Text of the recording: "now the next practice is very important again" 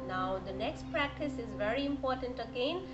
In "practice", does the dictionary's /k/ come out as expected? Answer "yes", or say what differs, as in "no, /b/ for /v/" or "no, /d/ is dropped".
yes